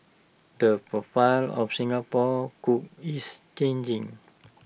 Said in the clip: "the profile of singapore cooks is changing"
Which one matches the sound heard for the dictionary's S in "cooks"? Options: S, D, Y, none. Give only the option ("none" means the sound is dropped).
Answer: none